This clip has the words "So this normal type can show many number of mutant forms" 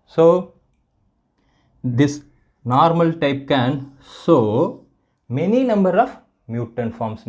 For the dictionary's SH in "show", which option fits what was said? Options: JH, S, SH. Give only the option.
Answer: S